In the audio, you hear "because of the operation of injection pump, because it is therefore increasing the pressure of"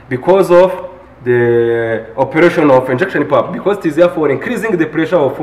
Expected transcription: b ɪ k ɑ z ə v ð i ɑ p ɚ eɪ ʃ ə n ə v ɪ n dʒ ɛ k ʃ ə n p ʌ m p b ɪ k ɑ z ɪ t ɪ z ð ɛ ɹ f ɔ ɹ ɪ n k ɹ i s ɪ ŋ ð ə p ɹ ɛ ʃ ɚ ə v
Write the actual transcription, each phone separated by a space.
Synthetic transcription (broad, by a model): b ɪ k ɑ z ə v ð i ɑ p ɚ eɪ ʃ ə n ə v ɪ n dʒ ɛ k ʃ ə n p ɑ p b ɪ k ɑ z ɪ t ɪ z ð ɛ f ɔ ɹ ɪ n k ɹ i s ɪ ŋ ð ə p ɹ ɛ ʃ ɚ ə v